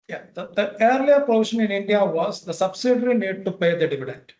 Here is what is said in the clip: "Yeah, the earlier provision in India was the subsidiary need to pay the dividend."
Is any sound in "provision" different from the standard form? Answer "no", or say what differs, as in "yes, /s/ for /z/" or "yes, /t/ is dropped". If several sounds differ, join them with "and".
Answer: yes, /ʃ/ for /ʒ/